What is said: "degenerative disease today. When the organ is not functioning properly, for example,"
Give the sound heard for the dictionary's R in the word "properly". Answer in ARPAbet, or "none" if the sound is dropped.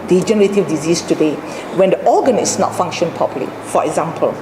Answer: none